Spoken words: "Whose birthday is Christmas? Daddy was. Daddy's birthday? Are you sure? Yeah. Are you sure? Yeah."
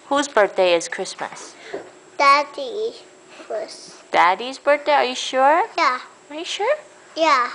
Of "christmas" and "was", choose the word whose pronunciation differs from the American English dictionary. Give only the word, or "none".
was